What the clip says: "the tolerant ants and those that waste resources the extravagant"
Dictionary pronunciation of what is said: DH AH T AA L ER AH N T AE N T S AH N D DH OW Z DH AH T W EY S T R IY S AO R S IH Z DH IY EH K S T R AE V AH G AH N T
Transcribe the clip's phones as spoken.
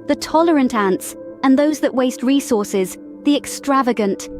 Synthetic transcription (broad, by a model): DH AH T AA L ER AH N T AE N T S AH N DH OW Z DH AH T W EY S T R IY S AO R S IH Z DH IY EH K S T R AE V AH G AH N T